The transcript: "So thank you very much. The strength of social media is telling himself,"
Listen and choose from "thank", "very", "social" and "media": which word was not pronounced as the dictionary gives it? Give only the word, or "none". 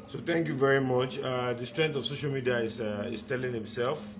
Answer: thank